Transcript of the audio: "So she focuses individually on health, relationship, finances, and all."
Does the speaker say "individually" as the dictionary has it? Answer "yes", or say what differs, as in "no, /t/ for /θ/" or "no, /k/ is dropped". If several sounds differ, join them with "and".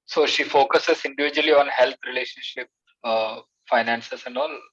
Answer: yes